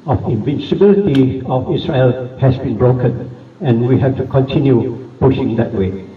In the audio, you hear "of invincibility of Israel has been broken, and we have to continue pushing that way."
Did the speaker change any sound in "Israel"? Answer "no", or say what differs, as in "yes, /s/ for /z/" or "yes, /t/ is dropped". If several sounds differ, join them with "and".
yes, /s/ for /z/